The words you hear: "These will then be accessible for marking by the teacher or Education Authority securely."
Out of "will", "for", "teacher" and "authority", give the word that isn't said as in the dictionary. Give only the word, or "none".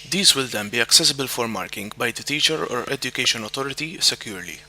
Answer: authority